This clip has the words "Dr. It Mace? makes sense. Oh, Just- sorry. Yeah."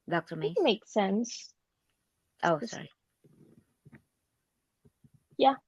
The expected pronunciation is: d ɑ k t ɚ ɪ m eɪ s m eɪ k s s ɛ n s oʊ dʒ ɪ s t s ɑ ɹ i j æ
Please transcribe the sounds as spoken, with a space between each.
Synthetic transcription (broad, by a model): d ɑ k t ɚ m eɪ m eɪ k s s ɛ n s oʊ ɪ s s ɑ ɹ i j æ